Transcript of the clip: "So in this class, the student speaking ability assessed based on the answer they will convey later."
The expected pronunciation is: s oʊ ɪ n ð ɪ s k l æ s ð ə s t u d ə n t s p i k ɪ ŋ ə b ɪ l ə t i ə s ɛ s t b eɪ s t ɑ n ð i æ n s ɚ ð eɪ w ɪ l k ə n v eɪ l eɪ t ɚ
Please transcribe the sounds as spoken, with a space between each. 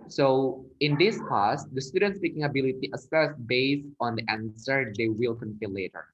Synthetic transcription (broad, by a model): s oʊ ɪ n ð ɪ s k æ s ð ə s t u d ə n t s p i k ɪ ŋ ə b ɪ l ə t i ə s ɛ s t b eɪ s ɑ n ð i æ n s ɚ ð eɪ w ɪ l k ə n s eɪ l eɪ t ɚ